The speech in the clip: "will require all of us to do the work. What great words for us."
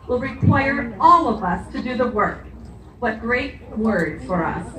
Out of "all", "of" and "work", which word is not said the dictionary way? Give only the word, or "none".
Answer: none